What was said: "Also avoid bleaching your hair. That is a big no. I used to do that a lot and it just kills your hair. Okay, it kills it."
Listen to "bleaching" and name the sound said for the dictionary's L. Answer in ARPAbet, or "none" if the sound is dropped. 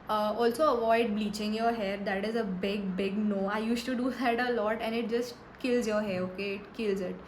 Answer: L